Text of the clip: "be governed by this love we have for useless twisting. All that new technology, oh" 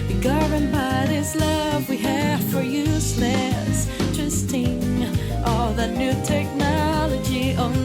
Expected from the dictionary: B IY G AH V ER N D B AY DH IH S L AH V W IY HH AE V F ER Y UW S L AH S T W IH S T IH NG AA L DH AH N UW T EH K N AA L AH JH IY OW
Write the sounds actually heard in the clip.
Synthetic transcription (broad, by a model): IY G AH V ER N B AY DH IH S L AH V W IY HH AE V F ER Y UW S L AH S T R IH S T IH NG AA L DH AH N UW T EH K N AA L AH JH IY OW